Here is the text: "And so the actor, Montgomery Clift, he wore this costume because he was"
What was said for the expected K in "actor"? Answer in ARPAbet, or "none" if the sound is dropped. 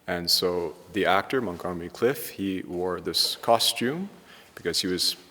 K